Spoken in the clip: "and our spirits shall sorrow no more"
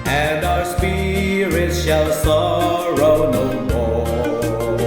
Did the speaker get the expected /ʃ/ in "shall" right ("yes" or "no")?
yes